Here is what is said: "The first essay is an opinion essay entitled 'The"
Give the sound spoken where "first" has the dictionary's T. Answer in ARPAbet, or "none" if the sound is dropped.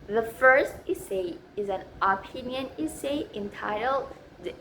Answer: T